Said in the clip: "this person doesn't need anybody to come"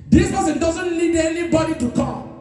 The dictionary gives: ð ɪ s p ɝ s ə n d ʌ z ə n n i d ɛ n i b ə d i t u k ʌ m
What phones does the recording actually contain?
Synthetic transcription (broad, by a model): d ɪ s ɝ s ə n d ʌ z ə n l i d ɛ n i b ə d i t u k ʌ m